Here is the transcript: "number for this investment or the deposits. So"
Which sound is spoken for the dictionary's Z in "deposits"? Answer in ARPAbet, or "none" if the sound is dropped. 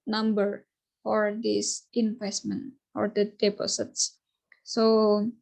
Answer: S